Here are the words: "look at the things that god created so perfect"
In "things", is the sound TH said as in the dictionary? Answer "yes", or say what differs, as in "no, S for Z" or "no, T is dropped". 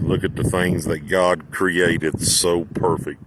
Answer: yes